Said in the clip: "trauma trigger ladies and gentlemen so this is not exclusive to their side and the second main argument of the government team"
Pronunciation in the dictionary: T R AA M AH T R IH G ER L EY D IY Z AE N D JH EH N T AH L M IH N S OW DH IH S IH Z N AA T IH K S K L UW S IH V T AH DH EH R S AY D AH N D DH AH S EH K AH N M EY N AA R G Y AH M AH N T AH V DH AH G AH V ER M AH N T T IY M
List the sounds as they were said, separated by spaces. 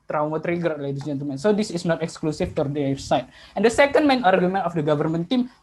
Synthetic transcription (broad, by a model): T R AA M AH T R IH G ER L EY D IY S JH EH N T AH L M IH N S OW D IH S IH S N AA T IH K S K L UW S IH F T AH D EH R S AY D AH N D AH S EH K AH N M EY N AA R G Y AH M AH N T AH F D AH G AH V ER M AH N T T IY M